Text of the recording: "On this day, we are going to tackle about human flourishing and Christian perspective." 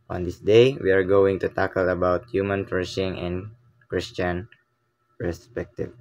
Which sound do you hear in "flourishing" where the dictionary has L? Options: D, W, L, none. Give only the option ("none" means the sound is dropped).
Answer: none